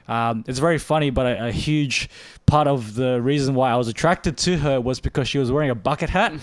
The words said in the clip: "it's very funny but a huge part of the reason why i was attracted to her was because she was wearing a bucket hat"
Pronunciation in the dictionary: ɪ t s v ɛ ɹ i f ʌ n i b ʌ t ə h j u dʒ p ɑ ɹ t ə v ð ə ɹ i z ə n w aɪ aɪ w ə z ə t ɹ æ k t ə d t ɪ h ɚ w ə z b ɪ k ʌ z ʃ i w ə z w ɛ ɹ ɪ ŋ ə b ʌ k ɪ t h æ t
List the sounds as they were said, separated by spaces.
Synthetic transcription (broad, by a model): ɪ t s v ɛ ɹ i f ʌ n i b ʌ t ə h j u dʒ p ɑ ɹ t ə v ð ə ɹ i z ə n w aɪ aɪ w ə z ə t ɹ æ k t ə d t ɪ ɚ w ə z b ɪ k ʌ z ʃ i w ə z w ɛ ɹ ɪ ŋ ə b ʌ k ɪ t h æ t